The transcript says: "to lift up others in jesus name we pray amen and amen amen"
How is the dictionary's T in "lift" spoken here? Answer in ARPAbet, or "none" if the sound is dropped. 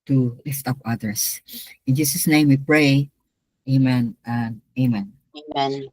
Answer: T